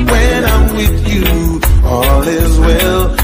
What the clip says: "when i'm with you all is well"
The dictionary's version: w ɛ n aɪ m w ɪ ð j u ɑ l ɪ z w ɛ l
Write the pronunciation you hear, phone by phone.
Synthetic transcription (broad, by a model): w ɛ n aɪ m w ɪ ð j u ɑ l ɪ z w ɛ l